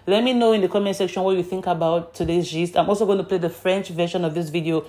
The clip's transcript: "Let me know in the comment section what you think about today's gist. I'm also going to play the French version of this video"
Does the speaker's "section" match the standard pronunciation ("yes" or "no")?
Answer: yes